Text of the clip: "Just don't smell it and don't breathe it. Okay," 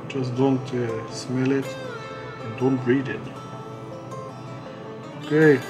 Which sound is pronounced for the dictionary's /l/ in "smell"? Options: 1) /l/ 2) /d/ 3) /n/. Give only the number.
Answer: 1